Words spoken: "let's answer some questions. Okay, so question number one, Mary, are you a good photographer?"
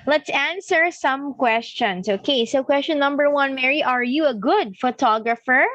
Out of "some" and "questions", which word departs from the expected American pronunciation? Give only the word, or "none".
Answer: questions